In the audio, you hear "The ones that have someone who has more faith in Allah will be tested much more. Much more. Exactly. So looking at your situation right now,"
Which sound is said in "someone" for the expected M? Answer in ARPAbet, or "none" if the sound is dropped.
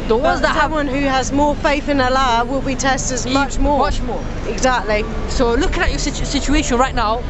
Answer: none